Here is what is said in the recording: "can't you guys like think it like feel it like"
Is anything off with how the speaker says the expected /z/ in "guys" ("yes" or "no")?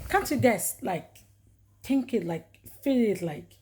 yes